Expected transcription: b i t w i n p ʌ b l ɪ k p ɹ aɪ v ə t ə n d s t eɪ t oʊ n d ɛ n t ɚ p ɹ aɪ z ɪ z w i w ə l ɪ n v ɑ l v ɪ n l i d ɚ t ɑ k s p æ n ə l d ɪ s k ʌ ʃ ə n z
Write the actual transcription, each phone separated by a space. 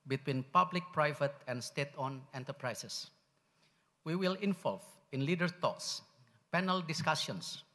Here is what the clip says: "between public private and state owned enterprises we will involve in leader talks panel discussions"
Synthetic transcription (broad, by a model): b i t w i n p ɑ b l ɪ k p ɹ aɪ v ə t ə n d s t eɪ t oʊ n ɛ n t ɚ p ɹ aɪ s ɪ s w i w ə l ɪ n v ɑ l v ɪ n l i d ɚ t ɑ k s p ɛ n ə l d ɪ s k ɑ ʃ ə n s